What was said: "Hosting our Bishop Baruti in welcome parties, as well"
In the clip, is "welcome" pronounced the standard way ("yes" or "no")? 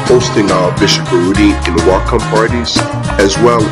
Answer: no